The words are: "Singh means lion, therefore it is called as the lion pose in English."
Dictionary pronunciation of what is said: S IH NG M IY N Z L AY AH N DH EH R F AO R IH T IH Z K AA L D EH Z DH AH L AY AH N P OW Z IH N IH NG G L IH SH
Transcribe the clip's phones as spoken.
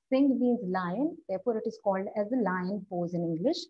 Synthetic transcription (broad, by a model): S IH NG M IY N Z L AY AH N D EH R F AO R IH T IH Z K AA L D EH Z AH L AY AH N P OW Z IH N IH NG G L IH SH